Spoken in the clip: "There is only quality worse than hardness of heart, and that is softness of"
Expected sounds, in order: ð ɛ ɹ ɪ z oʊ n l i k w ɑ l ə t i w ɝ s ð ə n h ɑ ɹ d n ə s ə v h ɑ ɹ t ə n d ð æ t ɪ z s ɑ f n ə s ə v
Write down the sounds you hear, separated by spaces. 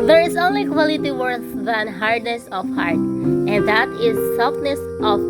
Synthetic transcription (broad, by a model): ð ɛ ɹ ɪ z oʊ n l i k w ɑ l ə t i w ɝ θ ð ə n h ɑ ɹ d n ə s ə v h ɑ ɹ t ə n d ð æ t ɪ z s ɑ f n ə s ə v